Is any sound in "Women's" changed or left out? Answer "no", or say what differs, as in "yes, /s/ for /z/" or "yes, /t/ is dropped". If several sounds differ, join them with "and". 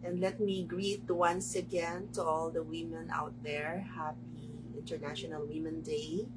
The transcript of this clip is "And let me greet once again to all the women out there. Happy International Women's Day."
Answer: yes, /z/ is dropped